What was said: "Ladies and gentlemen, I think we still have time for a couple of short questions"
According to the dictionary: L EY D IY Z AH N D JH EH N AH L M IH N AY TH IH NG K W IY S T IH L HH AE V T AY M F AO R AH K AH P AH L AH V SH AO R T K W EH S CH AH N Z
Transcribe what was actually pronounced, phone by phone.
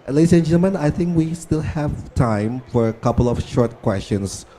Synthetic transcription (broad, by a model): L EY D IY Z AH N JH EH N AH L M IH N AY TH IH NG K W IY S T IH L HH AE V T AY M F AO R AH K AH P AH L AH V SH AO R T K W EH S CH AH N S